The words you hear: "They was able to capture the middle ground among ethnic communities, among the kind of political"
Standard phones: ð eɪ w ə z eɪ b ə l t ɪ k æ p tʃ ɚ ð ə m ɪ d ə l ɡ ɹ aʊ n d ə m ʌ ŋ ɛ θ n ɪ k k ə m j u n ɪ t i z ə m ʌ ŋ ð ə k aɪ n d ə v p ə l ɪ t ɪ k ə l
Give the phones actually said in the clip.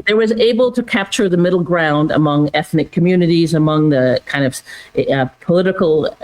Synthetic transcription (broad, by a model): ð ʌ w ə z eɪ b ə l t ɪ k æ p tʃ ɚ ð ə m ɪ d l ɡ ɹ aʊ n d ə m ʌ ŋ ɛ θ n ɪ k k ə m j u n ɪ t i z ə m ʌ ŋ ð ə k aɪ n d ə v p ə l ɪ t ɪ k l